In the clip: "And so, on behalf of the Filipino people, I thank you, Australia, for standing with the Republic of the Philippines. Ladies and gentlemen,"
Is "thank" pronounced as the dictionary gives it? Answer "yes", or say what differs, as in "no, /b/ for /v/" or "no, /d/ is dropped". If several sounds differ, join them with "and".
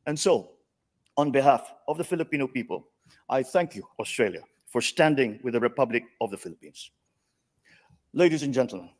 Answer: yes